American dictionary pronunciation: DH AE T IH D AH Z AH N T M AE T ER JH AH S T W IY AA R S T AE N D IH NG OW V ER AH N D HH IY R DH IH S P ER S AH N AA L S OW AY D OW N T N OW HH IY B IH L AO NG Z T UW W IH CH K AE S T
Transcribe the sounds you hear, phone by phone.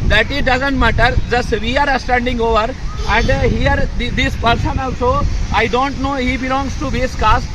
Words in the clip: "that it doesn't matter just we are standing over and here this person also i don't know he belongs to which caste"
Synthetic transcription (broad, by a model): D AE T IH D AH Z AH N T M AE T ER JH AH S T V IY AA R S T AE N D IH NG OW V ER AH N D HH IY R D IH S P ER S AH N AA L S OW AY D OW N T N OW HH IY B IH L AO NG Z T UW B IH S K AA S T